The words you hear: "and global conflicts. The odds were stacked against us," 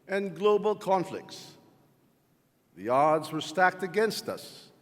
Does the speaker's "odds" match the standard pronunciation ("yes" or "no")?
yes